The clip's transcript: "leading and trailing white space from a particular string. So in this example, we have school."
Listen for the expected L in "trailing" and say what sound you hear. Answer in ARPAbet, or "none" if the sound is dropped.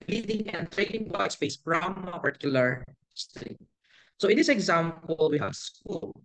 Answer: N